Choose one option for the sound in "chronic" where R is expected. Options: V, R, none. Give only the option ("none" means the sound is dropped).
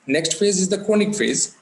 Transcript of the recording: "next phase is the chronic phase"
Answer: none